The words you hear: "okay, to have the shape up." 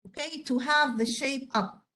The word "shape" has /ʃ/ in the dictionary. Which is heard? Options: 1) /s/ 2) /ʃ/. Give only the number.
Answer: 2